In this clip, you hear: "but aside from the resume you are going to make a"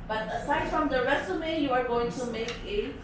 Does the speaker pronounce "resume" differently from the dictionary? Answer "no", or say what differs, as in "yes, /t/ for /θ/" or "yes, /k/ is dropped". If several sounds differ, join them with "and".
yes, /s/ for /z/